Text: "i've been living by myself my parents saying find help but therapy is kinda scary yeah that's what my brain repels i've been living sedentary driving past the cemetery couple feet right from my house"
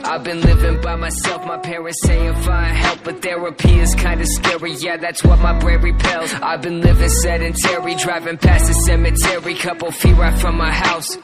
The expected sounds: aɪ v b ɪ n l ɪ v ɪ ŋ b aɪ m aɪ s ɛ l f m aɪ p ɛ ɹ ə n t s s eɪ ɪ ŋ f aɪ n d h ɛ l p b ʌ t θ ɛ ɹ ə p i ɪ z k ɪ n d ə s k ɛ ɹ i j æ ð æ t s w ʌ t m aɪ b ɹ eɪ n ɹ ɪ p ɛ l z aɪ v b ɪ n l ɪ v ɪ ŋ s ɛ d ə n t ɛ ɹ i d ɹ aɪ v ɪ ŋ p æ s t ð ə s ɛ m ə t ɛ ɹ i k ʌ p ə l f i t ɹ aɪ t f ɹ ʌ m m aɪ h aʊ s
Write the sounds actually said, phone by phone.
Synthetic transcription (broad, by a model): aɪ v b ɪ n l ɪ v ɪ ŋ b aɪ m aɪ s ɛ l f m aɪ p ɛ ɹ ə n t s s eɪ ɪ ŋ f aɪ h ɛ l p b ʌ t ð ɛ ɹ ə p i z k ɪ n d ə s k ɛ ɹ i j æ ð æ t s w ʌ t m aɪ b ɹ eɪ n ɹ ɪ p ɛ l z aɪ v b ɪ n l ɪ v ɪ ŋ s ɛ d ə n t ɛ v i d ɹ aɪ v ɪ ŋ p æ s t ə s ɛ m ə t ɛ ɹ i k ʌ p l f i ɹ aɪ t f ɹ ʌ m m aɪ h aʊ s